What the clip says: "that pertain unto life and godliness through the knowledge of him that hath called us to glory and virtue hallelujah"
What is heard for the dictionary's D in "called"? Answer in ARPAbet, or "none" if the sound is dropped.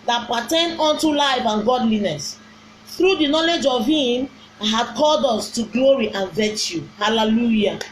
D